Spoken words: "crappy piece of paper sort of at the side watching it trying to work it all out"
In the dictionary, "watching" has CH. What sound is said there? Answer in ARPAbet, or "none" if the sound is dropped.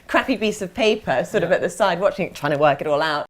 CH